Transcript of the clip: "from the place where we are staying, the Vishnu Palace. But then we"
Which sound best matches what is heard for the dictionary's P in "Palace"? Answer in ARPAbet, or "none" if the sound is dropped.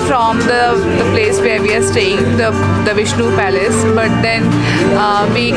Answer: P